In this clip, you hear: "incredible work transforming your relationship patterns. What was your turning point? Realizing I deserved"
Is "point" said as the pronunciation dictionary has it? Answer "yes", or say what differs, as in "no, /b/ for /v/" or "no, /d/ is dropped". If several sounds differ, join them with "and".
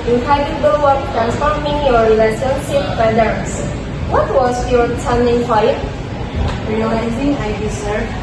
no, /f/ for /p/